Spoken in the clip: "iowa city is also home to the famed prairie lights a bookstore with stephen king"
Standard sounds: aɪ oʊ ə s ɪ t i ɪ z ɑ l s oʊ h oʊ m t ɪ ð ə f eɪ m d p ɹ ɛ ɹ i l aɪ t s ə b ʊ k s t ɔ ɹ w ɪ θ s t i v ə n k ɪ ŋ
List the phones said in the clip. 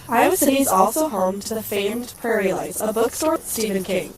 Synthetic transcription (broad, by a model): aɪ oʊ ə s ɪ t i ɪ z ɑ l s oʊ h oʊ m t ɪ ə f eɪ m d p ɹ ɛ ɹ i l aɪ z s ə b ʊ k s t ɔ ɹ s t i v ə n k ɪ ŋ